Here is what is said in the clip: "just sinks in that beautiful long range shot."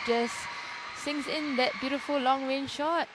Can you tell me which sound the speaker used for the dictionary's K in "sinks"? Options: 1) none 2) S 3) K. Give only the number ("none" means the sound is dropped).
1